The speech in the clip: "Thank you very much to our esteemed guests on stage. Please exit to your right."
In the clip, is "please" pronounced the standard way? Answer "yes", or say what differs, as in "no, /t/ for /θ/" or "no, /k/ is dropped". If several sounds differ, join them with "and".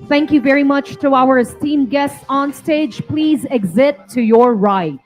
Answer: yes